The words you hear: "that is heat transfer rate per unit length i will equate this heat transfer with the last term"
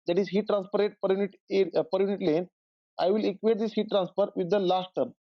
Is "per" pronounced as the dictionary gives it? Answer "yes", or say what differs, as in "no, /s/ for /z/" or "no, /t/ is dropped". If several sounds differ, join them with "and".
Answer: yes